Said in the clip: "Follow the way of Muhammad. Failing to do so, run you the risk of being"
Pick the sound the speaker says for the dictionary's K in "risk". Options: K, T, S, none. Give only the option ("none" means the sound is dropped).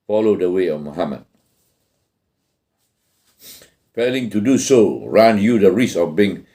none